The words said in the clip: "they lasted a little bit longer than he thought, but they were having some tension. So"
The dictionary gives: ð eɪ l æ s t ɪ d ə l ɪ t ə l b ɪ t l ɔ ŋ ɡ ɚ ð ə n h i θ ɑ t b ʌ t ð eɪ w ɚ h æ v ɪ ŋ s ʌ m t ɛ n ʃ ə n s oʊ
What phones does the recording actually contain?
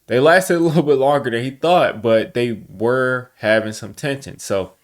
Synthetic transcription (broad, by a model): ð eɪ l æ s t ɪ d ə l ɪ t l b ɪ t l ɔ ŋ ɡ ɚ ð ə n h i θ ɑ t b ʌ t ð eɪ w ɚ h æ v ɪ ŋ s ʌ m t ɛ n ʃ ə n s oʊ